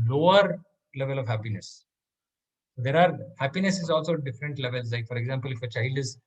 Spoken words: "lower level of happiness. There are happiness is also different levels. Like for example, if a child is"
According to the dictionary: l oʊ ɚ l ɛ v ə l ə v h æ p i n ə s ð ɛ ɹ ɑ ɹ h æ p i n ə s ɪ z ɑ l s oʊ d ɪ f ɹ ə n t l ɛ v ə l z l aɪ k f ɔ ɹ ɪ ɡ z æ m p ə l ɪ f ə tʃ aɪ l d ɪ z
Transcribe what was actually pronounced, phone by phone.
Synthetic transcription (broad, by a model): l oʊ ɚ l ɛ v ə l ə v h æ p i n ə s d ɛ ɹ ɑ ɹ h æ p i n ə s ɪ z ɑ l s oʊ d ɪ f ɹ ə n t l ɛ v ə l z l aɪ k f ɔ ɹ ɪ ɡ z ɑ m p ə l ɪ f ə tʃ aɪ l d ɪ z